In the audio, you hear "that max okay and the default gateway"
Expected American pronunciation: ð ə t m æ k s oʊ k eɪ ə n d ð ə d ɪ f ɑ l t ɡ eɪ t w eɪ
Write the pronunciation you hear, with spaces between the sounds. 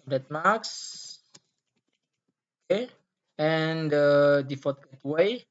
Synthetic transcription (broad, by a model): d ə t m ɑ k s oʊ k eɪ ə n d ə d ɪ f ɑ t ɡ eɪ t w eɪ